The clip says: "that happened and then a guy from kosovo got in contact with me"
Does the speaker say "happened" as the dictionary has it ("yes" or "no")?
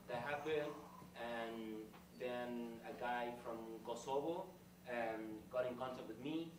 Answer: no